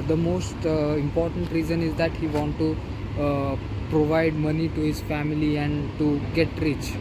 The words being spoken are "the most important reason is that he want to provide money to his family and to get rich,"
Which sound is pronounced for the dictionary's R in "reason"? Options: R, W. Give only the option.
R